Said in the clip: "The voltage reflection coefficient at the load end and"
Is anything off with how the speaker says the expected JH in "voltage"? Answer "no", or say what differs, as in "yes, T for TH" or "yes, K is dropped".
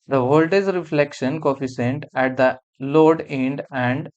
yes, Z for JH